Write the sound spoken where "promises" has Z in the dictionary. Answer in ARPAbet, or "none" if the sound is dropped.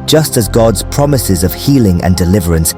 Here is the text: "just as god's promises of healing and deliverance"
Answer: Z